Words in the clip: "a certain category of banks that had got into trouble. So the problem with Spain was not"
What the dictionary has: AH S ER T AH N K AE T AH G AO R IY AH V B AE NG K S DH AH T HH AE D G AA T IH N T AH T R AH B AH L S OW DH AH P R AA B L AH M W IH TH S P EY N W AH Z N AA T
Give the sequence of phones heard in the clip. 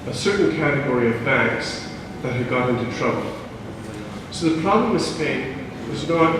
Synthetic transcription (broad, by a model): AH S ER T N K AE T AH G AO R IY AH V B AE NG K S DH AH T HH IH D G AA T IH N T AH T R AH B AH L S OW DH AH P R AA B L AH M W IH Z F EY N W AH Z N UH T